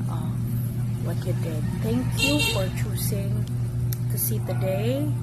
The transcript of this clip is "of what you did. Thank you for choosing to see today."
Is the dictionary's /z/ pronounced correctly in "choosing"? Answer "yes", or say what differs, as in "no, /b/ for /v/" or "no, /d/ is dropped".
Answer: no, /s/ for /z/